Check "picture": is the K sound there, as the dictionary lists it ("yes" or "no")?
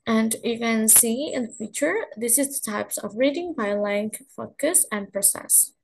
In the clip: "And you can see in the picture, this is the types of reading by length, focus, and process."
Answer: no